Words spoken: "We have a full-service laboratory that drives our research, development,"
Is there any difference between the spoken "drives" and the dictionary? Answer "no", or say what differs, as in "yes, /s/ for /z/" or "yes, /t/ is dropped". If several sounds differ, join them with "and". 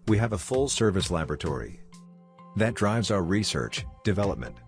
no